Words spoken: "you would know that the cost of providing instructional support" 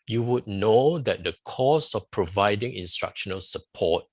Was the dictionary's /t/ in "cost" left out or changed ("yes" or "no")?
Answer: yes